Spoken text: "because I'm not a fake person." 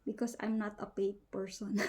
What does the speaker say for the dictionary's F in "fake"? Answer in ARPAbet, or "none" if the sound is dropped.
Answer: P